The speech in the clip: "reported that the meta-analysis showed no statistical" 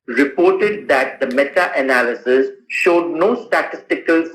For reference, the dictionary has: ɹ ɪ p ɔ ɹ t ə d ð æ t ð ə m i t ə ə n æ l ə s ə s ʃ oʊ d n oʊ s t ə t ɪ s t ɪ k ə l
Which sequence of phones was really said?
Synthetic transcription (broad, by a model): ɹ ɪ p ɔ ɹ t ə d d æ t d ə m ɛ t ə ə n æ l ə s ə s ʃ oʊ d n oʊ s t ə t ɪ s t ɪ k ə l